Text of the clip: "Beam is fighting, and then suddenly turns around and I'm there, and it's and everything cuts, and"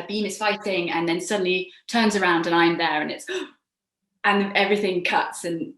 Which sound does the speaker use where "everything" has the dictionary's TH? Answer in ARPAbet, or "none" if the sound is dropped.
TH